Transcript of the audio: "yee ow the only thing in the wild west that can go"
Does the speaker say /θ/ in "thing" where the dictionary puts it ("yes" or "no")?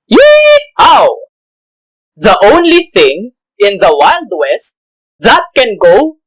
yes